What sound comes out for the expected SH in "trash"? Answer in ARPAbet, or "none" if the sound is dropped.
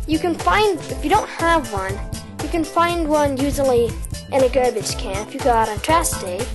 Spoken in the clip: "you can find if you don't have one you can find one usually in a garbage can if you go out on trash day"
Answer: S